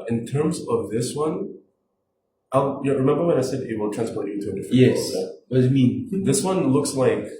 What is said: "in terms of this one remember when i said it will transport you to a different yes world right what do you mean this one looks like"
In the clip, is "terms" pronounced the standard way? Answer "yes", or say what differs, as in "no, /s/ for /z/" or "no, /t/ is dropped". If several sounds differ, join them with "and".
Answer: yes